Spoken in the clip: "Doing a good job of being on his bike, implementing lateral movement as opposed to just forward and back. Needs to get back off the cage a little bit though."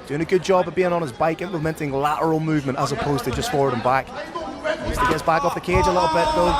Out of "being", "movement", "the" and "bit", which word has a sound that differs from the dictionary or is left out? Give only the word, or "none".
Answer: none